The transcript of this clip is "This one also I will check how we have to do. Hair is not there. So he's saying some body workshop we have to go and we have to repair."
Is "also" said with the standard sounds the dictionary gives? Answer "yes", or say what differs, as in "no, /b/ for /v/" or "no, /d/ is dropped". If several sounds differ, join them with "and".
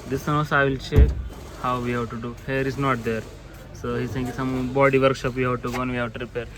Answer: no, /l/ is dropped